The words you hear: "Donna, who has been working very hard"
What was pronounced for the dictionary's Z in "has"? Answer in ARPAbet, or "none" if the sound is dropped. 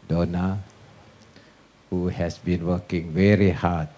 S